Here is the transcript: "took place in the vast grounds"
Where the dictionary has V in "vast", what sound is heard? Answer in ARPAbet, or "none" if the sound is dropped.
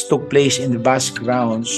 B